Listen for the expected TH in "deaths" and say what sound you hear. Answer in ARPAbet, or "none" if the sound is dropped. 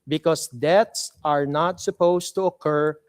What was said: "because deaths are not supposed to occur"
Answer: T